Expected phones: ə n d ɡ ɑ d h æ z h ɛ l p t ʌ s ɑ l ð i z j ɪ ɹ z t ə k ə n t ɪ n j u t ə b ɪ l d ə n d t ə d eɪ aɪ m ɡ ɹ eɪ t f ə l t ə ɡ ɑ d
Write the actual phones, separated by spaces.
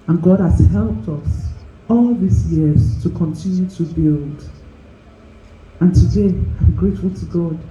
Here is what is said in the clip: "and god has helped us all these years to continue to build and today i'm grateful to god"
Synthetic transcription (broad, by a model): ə n ɡ ɑ d h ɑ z h ɛ l p t ʌ s ɑ l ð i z j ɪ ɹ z t ə k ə n t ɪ n j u t ə b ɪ l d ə n t ə d eɪ aɪ m ɡ ɹ eɪ t f ə l t ə ɡ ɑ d